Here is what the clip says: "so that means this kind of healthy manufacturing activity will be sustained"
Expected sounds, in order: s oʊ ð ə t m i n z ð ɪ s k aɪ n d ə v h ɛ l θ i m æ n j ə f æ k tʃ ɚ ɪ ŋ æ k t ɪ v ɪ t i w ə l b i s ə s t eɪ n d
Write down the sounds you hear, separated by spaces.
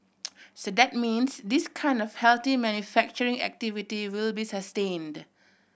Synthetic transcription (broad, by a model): s oʊ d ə t m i n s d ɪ s k aɪ n d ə f h ɛ l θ i m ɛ n j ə f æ k tʃ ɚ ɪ ŋ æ k t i v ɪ t i w ə l b i s ə s t eɪ n d